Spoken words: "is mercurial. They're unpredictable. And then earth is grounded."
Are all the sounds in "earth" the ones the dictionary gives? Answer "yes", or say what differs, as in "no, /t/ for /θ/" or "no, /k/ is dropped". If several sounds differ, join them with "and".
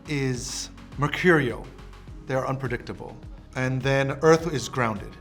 yes